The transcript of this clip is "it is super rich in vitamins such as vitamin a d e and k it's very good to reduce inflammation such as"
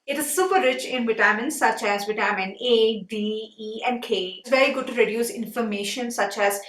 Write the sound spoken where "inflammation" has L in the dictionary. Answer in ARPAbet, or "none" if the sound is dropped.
none